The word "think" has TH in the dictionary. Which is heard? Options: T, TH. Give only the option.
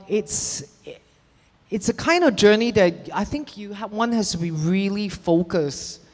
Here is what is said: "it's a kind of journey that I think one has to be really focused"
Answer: TH